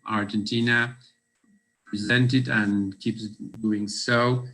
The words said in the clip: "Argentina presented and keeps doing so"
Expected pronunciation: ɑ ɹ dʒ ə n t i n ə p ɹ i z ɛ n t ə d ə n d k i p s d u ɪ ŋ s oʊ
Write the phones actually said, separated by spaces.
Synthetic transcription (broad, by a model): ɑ ɹ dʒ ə n t i n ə p ɹ i z ɛ n t ə d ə n k i p s d u ɪ ŋ s oʊ